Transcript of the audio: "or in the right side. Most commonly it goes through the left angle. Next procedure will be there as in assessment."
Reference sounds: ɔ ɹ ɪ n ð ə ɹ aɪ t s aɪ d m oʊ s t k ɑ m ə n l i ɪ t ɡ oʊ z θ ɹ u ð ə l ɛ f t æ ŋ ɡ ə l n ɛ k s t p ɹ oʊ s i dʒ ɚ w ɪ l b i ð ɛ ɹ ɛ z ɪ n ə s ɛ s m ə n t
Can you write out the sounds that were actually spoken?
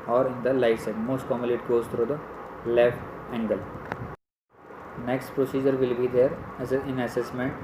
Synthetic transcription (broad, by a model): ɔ ɹ ɪ n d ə l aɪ s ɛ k m oʊ s t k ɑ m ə l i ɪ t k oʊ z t ɹ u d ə l ɛ f t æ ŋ ɡ ə l n ɛ k s t p ɹ oʊ s i dʒ ɚ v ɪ l b i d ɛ ɹ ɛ ɪ n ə s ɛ s m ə n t